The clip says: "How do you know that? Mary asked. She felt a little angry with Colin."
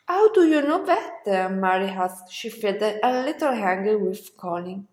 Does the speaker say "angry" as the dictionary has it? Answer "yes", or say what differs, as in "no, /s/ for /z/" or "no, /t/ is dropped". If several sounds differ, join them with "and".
no, /ɹ/ is dropped